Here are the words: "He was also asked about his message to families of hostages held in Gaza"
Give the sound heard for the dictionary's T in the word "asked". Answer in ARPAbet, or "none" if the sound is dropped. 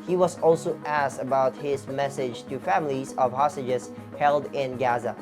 T